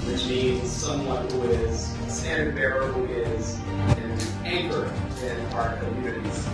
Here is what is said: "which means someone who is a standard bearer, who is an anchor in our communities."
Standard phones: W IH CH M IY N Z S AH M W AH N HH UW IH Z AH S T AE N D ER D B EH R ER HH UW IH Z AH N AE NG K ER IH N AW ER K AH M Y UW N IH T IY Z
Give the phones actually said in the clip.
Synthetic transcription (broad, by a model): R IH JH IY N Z S AH M W AH N HH UW IH Z S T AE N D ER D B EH R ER HH UW IH Z AH N AE NG K ER IH N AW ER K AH M Y UW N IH T IY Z